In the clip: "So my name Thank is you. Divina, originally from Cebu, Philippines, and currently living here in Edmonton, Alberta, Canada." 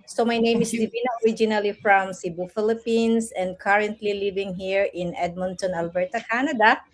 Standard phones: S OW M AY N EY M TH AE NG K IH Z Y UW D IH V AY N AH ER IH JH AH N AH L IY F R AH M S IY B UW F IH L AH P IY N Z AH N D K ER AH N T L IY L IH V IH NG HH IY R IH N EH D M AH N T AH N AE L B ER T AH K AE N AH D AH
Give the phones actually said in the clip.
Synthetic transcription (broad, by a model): S OW M AY N EY M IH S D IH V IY N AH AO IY JH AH N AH L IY F R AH M S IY B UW F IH L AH P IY N S AH N D K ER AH N T L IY L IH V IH NG HH IY R IH N EH D M AH N T AH N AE L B ER T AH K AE N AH D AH